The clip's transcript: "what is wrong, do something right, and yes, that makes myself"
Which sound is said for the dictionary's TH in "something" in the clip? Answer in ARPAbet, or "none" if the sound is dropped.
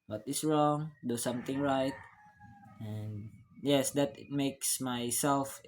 T